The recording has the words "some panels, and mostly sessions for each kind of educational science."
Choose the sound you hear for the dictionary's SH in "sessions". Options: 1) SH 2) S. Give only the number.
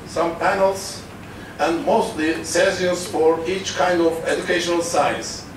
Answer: 2